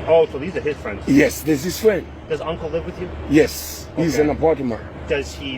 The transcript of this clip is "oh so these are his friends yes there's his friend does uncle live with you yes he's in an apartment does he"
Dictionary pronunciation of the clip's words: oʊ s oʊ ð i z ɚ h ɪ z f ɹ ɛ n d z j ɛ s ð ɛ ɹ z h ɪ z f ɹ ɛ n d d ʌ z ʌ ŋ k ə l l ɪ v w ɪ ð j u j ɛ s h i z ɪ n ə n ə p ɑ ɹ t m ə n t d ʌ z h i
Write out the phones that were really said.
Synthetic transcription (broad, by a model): oʊ s oʊ ð i z ɚ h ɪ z f ɹ ɛ n d z j ɛ s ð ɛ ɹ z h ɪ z f ɹ ɛ n d d ʌ z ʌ ŋ k l l ɪ v w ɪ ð j u j ɛ s h i z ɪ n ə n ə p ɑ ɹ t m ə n d ʌ z h i